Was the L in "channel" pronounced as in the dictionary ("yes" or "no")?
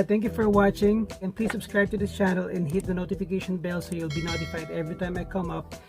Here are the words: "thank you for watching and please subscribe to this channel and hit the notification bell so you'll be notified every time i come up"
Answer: yes